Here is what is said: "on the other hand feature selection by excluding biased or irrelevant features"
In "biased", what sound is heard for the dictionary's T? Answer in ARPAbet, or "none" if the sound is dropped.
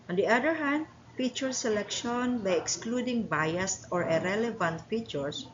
T